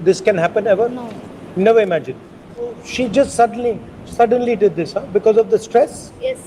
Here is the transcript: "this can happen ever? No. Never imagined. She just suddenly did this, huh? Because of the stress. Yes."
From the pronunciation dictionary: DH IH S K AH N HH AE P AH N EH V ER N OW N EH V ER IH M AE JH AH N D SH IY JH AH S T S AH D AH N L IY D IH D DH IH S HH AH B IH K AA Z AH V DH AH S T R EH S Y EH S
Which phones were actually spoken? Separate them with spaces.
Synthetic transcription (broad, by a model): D IH S K AH N HH AE P AH N EH V ER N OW N EH V ER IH M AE JH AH N SH IY JH AH S T S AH D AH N L IY D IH D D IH S HH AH B IH K AA Z AH V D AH S T R EH S Y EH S